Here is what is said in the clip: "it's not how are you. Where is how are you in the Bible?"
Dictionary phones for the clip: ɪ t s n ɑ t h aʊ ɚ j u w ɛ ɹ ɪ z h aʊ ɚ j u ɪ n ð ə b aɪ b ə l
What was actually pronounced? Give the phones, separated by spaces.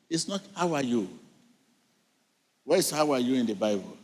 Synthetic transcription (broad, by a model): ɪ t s n ɑ t h aʊ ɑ j u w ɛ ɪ s h aʊ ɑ j u ɪ n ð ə b aɪ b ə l